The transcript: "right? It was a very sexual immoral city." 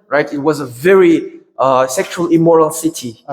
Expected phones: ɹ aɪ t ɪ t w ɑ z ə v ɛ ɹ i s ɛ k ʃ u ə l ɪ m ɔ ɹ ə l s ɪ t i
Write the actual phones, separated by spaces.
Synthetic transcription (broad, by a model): ɹ aɪ t ɪ t w ɑ z ə v ɛ ɹ i s ɛ k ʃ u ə l ɪ m ɔ ɹ ə l s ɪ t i